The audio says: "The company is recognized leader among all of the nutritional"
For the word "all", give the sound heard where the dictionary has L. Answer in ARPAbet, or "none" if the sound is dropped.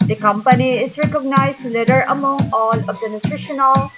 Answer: N